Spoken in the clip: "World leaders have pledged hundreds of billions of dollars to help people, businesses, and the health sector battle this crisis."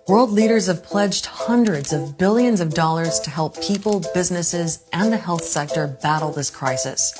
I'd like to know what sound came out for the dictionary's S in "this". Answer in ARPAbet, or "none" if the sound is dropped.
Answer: S